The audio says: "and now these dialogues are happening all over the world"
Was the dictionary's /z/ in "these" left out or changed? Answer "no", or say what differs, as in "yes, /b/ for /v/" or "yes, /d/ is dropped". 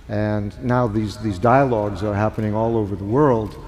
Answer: no